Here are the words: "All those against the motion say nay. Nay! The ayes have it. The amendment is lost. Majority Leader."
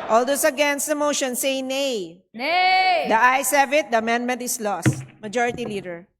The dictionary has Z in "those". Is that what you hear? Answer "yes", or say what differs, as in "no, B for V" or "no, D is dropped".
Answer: no, S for Z